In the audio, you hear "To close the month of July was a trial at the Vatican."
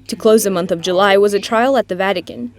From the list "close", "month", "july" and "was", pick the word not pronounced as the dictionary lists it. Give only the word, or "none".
none